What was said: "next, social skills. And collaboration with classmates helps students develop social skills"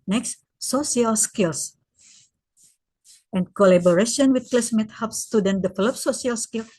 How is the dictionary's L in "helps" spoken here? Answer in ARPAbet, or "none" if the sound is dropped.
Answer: none